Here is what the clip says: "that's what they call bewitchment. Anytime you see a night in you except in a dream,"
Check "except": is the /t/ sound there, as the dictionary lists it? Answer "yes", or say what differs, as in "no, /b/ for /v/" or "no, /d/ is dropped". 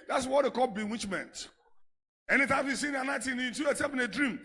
no, /t/ is dropped